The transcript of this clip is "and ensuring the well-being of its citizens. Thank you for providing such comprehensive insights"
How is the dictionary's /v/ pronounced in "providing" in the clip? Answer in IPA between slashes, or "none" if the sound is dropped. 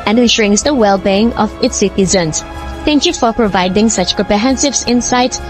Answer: /v/